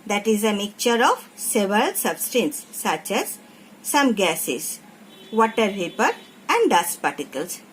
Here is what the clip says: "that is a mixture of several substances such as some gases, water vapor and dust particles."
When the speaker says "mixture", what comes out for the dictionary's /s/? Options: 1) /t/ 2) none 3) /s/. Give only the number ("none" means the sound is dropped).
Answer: 2